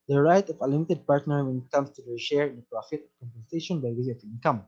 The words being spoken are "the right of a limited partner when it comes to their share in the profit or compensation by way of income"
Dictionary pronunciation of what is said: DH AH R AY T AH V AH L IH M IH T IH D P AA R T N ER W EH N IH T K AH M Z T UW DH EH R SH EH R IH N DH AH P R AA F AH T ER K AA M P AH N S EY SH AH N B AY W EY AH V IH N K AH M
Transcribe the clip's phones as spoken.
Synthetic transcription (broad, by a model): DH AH R AY T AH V AH L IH M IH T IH D P AA R T N ER W EH N IH T K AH M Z T UW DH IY SH EH R IH N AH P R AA F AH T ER K AA M P AH N S EY SH AH N B AY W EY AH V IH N K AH M